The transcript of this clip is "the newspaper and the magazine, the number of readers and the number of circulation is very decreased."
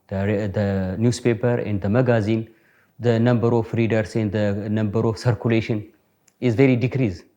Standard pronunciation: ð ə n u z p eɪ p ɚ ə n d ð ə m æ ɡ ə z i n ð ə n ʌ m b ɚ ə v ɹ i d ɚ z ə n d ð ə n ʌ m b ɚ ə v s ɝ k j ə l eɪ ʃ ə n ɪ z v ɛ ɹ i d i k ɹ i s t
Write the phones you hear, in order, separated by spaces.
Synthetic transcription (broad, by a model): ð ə n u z p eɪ p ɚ ə n d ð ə m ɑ ɡ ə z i n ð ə n ʌ m b ɚ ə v ɹ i d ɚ s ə n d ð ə n ʌ m b ɚ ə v s ɝ k j ə l eɪ ʃ ə n ɪ z v ɛ ɹ i d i k ɹ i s